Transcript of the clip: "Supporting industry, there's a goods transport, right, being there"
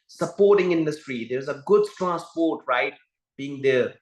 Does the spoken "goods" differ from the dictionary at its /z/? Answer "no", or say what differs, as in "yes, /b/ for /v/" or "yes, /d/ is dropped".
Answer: yes, /z/ is dropped